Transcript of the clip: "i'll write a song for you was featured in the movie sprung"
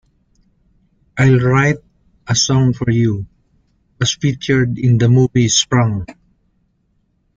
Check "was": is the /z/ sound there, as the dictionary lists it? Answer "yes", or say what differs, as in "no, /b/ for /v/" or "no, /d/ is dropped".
no, /s/ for /z/